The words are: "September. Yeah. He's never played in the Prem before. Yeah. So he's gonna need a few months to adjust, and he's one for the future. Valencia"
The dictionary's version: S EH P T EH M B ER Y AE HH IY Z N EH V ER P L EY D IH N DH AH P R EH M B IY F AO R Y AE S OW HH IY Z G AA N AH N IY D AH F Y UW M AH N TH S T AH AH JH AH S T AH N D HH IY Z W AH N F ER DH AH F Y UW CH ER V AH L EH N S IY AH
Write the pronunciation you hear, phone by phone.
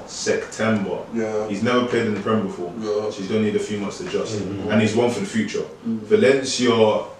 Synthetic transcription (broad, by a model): S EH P T EH M B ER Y HH IY Z N EH V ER P L EY D IH N DH AH P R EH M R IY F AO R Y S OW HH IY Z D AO AH N IY D AH F Y UW M AH N TH S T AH AH JH AH S T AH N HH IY Z W AH N F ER DH AH F Y UW CH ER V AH L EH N S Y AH